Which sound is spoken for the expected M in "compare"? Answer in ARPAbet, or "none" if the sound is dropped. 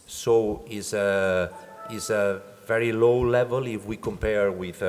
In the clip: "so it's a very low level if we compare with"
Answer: M